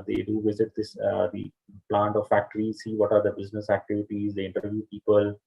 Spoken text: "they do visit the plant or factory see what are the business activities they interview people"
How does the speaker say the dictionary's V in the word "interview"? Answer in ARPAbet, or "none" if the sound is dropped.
V